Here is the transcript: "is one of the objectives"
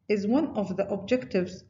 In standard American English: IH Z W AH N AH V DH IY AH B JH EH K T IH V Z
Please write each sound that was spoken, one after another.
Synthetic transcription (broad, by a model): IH Z W AH N AH V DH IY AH B JH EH K T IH V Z